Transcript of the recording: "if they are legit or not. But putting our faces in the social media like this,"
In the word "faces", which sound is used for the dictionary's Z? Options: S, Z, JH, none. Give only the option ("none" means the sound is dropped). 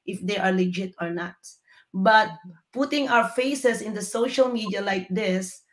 S